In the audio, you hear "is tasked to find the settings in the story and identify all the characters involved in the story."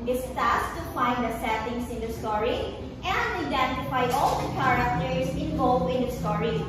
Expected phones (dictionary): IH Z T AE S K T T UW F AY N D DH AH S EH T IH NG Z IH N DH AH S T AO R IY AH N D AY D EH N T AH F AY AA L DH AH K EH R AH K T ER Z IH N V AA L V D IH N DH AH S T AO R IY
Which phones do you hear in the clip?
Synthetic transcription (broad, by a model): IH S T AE S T T UW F AY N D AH S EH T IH NG S IH N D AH S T AO R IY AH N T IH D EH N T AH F AY AA L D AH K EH R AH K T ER S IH N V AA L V IH N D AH S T AO R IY